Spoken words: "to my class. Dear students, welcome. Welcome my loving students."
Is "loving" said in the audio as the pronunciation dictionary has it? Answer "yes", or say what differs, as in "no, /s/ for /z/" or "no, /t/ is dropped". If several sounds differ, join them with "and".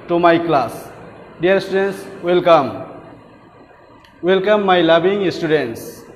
no, /b/ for /v/